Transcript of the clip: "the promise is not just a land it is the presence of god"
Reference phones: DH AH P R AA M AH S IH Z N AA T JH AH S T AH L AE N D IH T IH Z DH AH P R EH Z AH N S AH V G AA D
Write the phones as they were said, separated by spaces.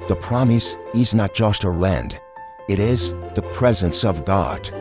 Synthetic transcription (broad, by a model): DH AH P R AA M AH S IH Z N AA T JH AH S T AH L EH N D IH T IH Z DH AH P R EH Z AH N S AH V G AA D